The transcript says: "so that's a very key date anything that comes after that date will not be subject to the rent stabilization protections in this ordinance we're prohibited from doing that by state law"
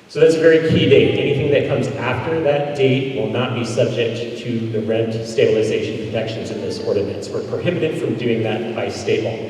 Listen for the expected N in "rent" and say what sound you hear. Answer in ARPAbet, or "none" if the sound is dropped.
N